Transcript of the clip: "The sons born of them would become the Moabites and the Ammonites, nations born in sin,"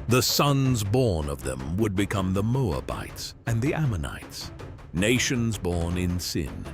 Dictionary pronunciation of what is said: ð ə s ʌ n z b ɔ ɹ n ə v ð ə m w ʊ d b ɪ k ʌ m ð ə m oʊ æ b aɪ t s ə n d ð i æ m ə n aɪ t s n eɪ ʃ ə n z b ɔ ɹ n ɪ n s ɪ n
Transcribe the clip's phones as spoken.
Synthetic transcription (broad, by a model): ð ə s ʌ n z b ɔ ɹ n ə v ð ə m w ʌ d b ɪ k ʌ m ð ə m oʊ æ b aɪ t s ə n ð i æ m ə n aɪ t s n eɪ ʃ ə n z b ɔ ɹ n ɪ n s ɪ n